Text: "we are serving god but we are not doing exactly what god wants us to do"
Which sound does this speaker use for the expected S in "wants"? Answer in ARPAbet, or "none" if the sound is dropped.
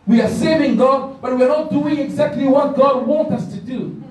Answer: none